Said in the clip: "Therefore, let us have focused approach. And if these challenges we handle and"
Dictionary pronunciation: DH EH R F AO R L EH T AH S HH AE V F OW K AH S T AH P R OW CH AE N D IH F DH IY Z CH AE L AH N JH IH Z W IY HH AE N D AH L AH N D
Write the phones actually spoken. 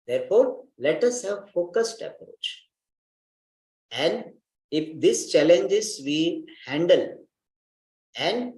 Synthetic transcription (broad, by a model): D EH R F AO R L EH T AH S HH AE V F OW K AH S T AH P R OW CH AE N D IH F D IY S CH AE L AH N JH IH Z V IY HH AE N D AH L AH N D